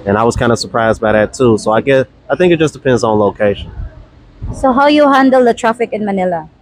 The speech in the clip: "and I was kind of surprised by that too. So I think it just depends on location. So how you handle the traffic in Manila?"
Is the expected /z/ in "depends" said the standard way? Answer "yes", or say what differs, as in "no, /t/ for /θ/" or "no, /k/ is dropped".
yes